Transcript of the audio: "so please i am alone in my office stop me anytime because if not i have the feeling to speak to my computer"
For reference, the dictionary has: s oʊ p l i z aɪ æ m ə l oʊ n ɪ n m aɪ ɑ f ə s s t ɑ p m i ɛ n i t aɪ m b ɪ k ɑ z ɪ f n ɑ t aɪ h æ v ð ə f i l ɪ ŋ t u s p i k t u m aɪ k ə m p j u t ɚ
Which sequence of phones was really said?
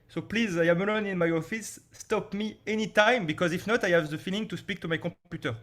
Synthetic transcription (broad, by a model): s oʊ p l i z aɪ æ m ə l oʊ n ɪ n m aɪ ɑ f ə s s t ɑ p m i ɛ n i t aɪ m b ɪ k ɑ z ɪ f n ɑ t aɪ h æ v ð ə f i l ɪ ŋ t u s p i k t u m aɪ k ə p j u t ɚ